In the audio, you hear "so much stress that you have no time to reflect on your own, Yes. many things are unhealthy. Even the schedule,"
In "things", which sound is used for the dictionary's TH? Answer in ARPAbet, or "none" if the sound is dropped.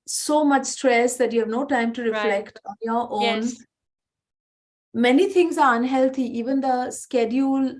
T